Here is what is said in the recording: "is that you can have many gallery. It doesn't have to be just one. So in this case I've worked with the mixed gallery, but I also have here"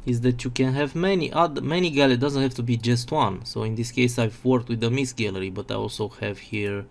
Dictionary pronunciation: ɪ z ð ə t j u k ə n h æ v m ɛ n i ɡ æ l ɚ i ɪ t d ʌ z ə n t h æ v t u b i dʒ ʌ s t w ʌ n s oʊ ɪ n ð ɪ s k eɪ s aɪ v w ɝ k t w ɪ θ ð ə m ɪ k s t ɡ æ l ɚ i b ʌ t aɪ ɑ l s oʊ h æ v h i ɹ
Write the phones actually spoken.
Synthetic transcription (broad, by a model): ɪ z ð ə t j u k ə n h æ v m ɛ n i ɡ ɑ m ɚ i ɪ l d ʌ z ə n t h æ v t u b i dʒ ʌ s t w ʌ n s oʊ ɪ n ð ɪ s k eɪ s aɪ v w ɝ k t w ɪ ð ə m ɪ s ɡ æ l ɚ i b ʌ t aɪ ɑ l s oʊ h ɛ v h i ɹ